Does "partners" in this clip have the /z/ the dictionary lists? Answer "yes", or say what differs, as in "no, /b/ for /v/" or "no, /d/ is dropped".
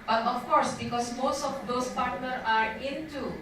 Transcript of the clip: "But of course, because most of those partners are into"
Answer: no, /z/ is dropped